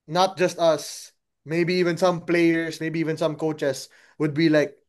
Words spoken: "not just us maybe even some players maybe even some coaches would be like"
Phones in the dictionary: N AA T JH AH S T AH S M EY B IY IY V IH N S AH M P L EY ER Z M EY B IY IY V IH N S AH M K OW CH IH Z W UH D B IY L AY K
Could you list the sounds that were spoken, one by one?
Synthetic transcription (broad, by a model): N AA T JH AH S T AH S M EY B IY IY V IH N S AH M P L EY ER S M EY B IY IY V IH N S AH M K OW CH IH S W UH D B IY L AY K